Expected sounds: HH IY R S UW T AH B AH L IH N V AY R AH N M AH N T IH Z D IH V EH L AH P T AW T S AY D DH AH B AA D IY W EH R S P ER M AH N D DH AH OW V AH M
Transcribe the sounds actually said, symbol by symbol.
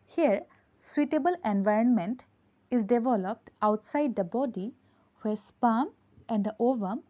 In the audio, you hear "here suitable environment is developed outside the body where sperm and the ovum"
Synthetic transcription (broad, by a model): HH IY R S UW T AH B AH L IH N V AY R AH N M AH N T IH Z D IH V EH L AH P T AW T S AY D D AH B AA D IY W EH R S P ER M AH N D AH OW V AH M